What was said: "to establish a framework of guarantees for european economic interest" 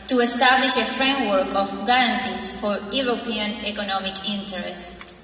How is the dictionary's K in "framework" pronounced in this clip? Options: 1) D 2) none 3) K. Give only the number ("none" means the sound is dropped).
3